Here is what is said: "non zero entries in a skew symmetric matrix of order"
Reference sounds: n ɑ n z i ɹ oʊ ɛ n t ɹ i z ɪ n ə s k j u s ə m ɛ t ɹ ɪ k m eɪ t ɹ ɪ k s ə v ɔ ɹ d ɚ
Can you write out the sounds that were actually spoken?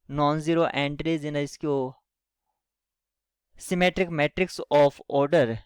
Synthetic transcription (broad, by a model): n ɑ n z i ɹ oʊ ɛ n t ɹ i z ɪ n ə s k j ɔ s ə m ɛ t ɹ ɪ k m eɪ t ɹ ɪ k s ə f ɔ ɹ d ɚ